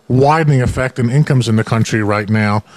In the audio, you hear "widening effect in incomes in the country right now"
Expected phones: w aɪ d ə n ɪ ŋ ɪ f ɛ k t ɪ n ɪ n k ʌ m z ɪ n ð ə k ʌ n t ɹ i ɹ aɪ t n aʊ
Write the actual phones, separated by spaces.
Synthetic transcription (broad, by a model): w aɪ d n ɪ ŋ ɪ f ɛ k t ɪ n ɪ n k ʌ m z ɪ n ð ə k ʌ n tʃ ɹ i ɹ aɪ t n aʊ